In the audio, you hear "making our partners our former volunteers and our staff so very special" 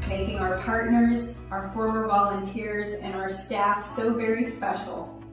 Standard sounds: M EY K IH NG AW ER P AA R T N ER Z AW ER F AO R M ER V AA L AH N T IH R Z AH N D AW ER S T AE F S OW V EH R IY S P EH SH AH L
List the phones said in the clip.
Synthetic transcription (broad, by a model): M EY K IH NG AW ER P AA R T N ER Z AW ER F AO R M ER V AA L AH N T IH R Z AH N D AW ER S T AE F S OW V EH R IY S P EH SH L